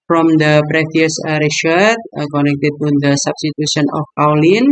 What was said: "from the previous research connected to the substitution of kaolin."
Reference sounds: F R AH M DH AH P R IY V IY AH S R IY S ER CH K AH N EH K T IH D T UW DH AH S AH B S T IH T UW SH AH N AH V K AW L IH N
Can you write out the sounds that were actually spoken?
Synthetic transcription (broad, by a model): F R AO M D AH P R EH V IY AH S R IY SH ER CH K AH N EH K T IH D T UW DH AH S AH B S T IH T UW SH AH N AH F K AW L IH N